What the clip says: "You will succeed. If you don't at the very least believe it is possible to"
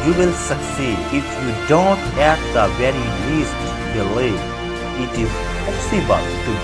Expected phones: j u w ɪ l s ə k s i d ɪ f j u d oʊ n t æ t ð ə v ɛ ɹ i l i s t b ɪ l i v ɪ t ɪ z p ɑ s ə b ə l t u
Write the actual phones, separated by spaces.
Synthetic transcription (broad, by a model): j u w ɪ l s ə k s i d ɪ f j u d oʊ n t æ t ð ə v ɛ ɹ i l i s t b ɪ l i ɪ t ɪ z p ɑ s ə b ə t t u